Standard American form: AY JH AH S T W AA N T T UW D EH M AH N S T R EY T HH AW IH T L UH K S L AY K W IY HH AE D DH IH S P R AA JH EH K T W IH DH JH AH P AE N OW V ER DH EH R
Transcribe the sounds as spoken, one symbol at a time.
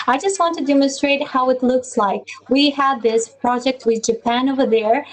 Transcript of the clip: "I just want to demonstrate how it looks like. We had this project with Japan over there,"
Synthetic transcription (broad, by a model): AY JH AH S T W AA N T T UW D EH M AH N S T R EY T HH AW IH T L UH K S L AY K W IY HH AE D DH IH S P R AA JH EH K T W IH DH JH AH P AE N OW V ER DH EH R